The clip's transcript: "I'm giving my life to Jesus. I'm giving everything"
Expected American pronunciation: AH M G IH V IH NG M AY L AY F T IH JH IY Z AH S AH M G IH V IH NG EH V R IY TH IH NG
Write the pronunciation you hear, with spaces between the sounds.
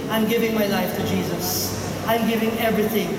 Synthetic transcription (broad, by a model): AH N G IH V IH NG M AY L AY F T IH JH IY Z AH S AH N G IH V IH NG EH V R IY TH IH NG